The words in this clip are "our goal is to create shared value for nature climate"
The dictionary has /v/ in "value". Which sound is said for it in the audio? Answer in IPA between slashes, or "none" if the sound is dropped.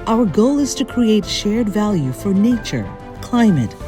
/v/